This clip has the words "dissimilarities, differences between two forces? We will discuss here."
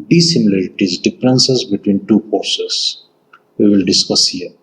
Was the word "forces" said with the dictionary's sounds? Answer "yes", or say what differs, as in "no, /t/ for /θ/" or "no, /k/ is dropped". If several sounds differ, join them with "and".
no, /p/ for /f/